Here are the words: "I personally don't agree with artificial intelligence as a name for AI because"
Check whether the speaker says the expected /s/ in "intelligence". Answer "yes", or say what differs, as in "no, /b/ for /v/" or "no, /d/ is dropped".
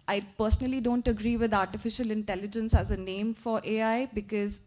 yes